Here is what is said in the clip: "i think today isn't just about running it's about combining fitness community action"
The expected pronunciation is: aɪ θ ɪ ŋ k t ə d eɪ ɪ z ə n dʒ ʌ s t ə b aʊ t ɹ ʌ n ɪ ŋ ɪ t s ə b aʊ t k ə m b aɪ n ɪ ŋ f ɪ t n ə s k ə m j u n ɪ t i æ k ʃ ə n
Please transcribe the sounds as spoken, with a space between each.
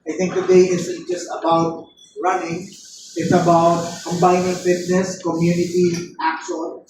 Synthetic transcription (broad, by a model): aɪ t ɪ ŋ k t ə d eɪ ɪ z dʒ ʌ s t ə b aʊ t ɹ ʌ n ɪ ŋ ɪ t s ə b aʊ t k ə m b aɪ n ɪ ŋ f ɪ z n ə s k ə m j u n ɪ t i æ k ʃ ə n